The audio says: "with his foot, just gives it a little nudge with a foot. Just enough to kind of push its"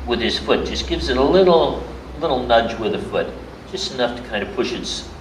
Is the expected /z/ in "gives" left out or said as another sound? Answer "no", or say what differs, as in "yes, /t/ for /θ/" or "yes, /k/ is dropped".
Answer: no